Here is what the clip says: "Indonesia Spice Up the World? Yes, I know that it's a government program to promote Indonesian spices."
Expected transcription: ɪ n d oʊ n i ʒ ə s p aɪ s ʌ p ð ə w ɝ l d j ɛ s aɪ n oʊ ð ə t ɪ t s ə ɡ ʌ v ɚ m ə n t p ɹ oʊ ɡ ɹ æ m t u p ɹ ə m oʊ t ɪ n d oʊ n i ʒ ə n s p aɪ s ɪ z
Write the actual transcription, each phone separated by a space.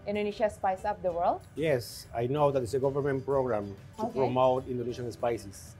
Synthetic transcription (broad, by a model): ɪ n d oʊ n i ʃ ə s p aɪ s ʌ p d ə w ɝ l d j ɛ s aɪ n oʊ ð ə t ɪ t s ə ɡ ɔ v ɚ m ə n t p ɹ oʊ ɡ ɹ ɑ m t u p ɹ ə m oʊ t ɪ n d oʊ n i ʃ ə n s p aɪ s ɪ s